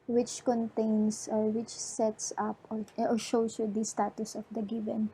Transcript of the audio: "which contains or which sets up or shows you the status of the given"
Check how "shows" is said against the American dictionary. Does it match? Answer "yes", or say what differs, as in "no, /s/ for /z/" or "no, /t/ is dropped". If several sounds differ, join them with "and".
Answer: no, /s/ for /z/